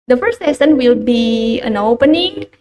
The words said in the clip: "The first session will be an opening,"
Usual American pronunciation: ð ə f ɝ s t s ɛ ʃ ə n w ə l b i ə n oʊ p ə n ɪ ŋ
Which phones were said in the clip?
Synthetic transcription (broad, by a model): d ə f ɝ s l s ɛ s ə n w ə l b i ə n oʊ p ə n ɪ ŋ